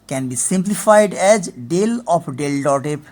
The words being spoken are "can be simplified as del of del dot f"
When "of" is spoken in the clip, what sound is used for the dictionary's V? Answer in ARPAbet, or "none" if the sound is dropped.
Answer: P